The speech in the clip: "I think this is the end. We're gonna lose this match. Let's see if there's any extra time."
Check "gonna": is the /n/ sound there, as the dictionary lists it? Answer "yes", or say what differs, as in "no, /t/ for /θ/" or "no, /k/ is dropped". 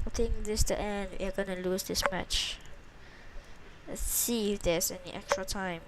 yes